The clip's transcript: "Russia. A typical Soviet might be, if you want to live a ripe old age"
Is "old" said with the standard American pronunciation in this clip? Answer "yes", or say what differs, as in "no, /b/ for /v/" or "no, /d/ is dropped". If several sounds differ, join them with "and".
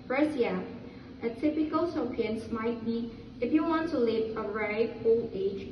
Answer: no, /d/ is dropped